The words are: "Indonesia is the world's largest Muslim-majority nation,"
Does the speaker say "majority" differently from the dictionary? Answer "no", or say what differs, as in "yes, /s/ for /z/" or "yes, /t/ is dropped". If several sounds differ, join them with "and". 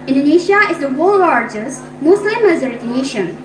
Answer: yes, /z/ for /dʒ/